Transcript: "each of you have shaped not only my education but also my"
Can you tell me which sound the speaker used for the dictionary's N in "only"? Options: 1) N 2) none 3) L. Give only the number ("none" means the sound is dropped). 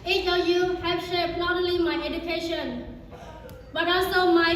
2